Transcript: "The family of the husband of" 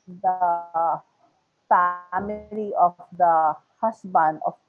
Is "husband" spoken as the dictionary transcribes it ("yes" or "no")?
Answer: no